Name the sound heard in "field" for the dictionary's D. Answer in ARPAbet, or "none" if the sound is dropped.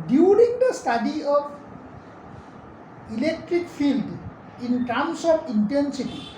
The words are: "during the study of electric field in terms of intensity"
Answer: D